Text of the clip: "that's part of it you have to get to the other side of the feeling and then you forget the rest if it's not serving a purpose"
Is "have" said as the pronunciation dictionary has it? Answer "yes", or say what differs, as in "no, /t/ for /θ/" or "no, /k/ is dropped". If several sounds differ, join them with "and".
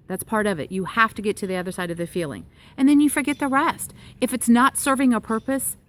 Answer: no, /f/ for /v/